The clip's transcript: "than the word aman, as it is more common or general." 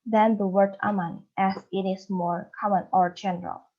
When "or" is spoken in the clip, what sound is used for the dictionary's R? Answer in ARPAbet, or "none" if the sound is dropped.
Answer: R